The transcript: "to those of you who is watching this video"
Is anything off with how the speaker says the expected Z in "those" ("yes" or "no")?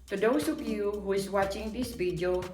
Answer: yes